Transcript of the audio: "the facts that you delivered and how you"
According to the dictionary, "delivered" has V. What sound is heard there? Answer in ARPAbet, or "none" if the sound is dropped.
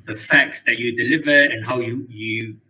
V